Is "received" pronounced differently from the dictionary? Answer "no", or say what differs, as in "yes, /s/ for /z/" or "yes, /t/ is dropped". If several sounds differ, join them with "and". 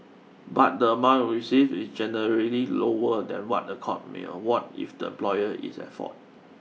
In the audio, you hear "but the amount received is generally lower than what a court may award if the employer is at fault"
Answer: yes, /d/ is dropped